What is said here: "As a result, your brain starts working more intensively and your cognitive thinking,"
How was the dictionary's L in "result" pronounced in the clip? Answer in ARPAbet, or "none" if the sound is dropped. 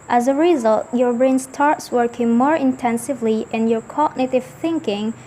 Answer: L